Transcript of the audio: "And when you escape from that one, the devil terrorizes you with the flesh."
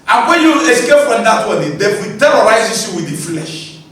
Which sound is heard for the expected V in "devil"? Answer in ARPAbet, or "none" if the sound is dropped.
F